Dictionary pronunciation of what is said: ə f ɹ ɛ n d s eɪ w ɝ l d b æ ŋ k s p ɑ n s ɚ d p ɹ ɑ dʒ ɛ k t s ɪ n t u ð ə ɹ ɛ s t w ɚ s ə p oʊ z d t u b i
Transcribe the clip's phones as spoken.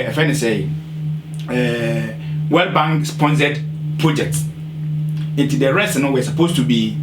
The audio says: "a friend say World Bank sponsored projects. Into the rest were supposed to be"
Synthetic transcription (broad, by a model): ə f ɛ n s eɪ w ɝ l b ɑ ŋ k s p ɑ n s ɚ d p ɹ ɑ dʒ ɛ k t s ɪ n t u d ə ɹ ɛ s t w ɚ s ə p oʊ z t u b i